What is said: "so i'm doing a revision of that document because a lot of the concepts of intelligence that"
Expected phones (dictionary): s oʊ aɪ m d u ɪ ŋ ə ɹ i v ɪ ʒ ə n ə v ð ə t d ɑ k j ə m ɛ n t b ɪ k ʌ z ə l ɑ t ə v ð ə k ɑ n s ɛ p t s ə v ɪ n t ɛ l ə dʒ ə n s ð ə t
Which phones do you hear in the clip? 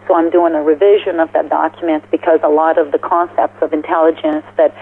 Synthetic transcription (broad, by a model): s oʊ aɪ m d u ɪ ŋ ə ɹ i v ɪ ʒ ə n ə v ð ə t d ɑ k j m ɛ n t b ɪ k ʌ z ə l ɑ t ə v ð ə k ɑ n s ɛ p t s ə v ɪ n t ɛ l ə dʒ ə n s ð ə t